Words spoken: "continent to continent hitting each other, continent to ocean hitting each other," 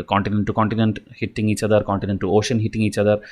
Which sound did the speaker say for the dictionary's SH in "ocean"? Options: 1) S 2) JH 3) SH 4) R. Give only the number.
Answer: 3